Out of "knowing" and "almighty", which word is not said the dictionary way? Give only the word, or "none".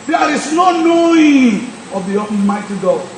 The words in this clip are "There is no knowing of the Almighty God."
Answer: almighty